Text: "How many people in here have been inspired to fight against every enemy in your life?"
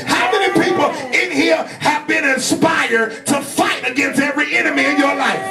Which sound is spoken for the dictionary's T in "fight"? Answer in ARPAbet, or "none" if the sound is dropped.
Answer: T